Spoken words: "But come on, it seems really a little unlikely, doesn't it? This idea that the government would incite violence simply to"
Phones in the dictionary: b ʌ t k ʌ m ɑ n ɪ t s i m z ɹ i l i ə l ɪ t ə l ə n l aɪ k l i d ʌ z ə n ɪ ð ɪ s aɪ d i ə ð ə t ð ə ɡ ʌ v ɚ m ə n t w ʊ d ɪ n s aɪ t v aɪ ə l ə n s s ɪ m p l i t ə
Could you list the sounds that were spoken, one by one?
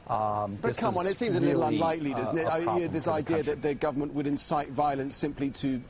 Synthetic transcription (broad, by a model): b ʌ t k ʌ m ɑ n ɪ t s i m z ə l ɪ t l ə n l aɪ k l i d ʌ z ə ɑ ɪ ð ɪ s aɪ d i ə ð ə t ð ə ɡ ʌ v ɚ m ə n t w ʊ d ɪ n s aɪ t v aɪ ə l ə n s s ɪ m p l i t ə